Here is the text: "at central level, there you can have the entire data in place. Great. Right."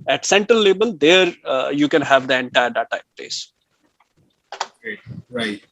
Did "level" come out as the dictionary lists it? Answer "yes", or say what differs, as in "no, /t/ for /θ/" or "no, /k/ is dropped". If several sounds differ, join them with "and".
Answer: no, /b/ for /v/